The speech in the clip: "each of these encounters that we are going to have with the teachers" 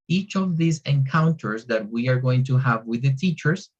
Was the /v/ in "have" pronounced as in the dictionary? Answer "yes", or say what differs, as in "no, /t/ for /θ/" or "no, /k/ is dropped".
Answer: yes